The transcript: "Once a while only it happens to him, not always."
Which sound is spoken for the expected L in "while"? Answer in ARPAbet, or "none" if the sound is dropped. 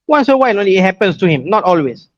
N